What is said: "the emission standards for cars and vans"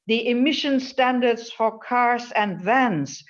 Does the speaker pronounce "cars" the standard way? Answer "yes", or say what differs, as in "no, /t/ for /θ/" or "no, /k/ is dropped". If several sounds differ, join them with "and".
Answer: no, /s/ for /z/